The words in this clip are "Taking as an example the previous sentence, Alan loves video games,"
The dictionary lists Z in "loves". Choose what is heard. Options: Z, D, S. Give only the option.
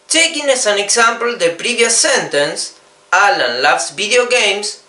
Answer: S